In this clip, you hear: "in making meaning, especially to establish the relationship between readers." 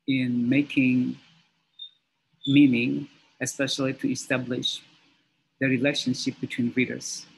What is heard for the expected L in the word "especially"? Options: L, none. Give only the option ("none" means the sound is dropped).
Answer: L